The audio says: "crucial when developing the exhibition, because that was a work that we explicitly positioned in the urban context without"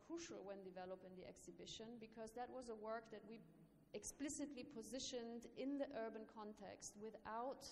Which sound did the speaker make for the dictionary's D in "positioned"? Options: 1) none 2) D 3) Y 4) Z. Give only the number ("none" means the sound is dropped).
2